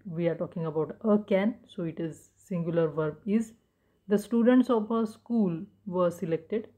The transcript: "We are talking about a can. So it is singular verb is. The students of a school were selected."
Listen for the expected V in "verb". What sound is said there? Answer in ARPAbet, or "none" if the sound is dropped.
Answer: V